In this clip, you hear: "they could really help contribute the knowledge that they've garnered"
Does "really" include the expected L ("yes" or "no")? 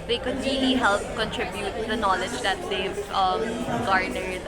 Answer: no